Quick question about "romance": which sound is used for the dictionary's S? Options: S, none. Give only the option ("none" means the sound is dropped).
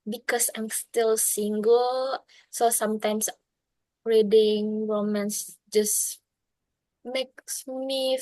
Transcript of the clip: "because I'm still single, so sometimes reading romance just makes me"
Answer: S